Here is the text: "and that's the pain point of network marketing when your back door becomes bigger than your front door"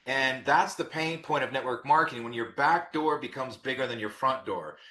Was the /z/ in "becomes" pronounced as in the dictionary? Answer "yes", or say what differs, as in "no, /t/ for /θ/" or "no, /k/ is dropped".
yes